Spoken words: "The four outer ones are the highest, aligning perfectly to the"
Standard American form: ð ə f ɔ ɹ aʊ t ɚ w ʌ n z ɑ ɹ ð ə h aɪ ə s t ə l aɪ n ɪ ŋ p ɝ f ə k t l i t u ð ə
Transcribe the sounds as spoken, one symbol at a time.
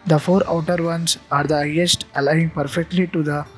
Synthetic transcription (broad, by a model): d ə f ɔ ɹ aʊ t ɚ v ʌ n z ɑ ɹ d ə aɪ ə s t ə l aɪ ɪ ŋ p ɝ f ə k t l i t u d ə